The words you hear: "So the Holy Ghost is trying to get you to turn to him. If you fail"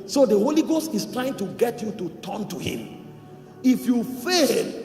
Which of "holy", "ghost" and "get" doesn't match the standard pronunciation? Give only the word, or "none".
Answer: none